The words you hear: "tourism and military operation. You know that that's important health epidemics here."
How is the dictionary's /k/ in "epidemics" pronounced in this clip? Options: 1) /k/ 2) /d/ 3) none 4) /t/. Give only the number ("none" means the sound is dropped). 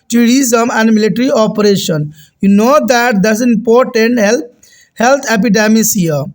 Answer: 3